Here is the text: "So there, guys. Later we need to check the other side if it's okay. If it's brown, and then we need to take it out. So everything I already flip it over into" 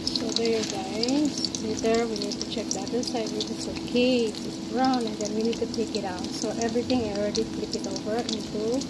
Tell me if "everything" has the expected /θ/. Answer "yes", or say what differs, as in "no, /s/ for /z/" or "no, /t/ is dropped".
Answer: no, /t/ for /θ/